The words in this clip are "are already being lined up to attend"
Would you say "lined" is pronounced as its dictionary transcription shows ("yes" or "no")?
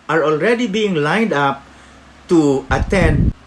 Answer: yes